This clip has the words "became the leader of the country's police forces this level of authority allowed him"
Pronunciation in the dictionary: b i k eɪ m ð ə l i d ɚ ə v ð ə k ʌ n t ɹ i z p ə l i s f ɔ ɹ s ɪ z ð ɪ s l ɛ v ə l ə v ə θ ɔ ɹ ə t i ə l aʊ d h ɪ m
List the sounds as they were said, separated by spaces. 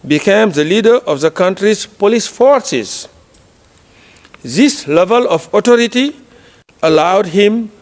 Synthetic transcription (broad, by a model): b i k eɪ m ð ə l i d ɚ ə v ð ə k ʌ n t ɹ i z p ə l i s f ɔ ɹ s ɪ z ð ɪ s l ɛ v ə l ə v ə t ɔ ɹ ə t i ə l aʊ d h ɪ m